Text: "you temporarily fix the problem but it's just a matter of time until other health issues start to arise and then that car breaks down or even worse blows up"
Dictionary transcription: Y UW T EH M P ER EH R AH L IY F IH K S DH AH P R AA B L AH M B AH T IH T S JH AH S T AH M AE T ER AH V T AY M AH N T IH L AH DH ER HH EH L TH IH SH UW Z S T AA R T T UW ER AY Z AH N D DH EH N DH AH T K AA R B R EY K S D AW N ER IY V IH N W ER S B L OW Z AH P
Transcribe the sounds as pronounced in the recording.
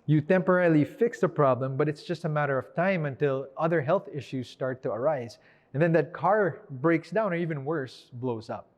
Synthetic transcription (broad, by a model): Y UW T EH M P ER EH R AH L IY F IH K S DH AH P R AA B L AH M B AH T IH T S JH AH S T AH M AE T ER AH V T AY M AH N T IH L AH DH ER HH EH L TH IH SH UW Z S T AA R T T UW ER AY Z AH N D DH EH N DH AH T K AA R B R EY K S D AW N ER IY V IH N W ER S B L OW Z AH P